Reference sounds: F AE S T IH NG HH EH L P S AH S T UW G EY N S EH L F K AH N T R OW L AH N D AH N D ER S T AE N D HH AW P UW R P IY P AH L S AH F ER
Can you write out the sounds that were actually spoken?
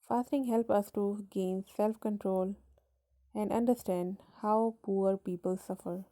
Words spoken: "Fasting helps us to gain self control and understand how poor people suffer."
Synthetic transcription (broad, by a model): F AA S T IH NG HH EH L P AH S T UW G EY N S EH L F K AH N T R OW L AH N D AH N D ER S T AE N D HH AW P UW R P IY P AH L S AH F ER